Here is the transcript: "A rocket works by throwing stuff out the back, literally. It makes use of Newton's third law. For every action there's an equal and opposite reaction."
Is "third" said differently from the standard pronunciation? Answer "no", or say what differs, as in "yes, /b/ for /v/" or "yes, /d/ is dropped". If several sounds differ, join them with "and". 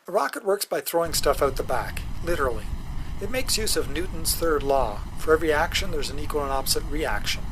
no